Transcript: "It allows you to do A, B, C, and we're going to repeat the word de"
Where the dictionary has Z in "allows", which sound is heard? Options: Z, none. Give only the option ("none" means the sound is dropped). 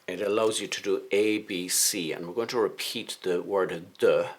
Z